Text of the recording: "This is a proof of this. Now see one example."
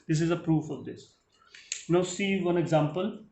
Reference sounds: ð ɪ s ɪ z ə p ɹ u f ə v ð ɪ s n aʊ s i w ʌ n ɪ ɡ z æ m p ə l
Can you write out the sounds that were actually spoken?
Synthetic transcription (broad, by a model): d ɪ s ɪ z ə p ɹ u f ə v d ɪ s n aʊ s i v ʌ n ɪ ɡ z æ m p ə l